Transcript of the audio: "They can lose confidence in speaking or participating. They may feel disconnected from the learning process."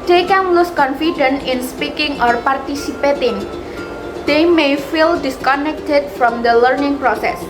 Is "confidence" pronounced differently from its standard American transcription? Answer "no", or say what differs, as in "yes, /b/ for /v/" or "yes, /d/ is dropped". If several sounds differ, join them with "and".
yes, /s/ is dropped